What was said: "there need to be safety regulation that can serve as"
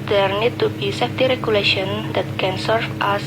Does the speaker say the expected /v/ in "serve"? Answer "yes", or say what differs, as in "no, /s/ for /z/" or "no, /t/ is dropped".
no, /f/ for /v/